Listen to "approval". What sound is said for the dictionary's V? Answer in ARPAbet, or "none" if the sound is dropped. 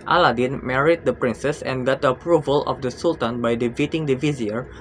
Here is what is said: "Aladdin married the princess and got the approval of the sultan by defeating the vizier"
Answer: V